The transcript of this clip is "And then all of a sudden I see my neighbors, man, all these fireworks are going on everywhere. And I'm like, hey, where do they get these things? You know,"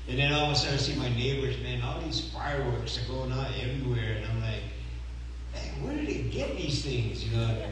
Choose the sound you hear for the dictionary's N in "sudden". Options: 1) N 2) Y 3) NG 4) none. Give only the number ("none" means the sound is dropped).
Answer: 4